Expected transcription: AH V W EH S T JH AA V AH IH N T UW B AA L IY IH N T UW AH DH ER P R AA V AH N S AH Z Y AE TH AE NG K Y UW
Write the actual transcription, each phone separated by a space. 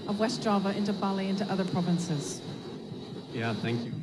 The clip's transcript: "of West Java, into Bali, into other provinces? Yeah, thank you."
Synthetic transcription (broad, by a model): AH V W EH S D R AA V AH IH N T UW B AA L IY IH N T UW AH DH ER P R AA V AH N S AH Z Y AE TH AE NG K Y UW